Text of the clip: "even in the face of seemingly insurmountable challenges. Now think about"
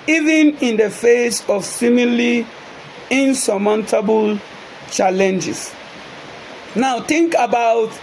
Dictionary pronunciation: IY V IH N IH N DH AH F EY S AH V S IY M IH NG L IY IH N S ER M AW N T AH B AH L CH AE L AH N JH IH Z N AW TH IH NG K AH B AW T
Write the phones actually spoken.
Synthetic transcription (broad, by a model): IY V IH N IH N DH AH F EY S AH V S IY M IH L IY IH N S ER M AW N T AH B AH L CH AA L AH N JH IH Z N AW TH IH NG K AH B AW T